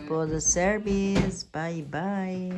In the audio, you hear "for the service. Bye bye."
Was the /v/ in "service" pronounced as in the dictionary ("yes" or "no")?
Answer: no